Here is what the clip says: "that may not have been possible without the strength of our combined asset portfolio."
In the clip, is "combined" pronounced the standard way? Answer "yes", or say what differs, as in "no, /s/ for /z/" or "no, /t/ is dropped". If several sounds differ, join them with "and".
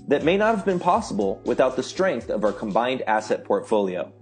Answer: yes